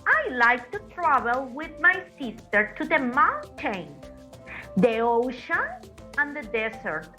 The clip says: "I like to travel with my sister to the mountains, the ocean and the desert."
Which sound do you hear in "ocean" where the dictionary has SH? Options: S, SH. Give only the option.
SH